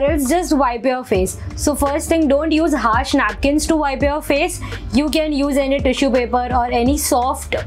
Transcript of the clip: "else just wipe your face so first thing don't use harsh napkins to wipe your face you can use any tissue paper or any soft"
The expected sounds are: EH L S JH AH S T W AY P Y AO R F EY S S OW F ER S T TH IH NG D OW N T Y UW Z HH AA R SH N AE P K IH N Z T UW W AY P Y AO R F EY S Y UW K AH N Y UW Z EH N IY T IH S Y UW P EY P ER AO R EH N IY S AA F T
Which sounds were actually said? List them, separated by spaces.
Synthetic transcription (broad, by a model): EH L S JH AH S T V AY P Y AO R F EY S S OW F ER S T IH NG D OW N T Y UW Z HH AA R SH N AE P K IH N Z T UW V AY P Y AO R F EY S Y UW K AH N Y UW Z EH N IY T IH SH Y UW P EY P ER AO R EH N IY S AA F T